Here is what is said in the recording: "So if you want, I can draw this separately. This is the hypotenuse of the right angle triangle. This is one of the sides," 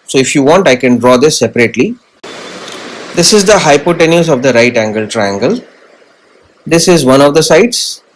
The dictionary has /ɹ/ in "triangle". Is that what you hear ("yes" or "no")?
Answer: yes